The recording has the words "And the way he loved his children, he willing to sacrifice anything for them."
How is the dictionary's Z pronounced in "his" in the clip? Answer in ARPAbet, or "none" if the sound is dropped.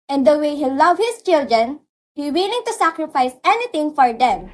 S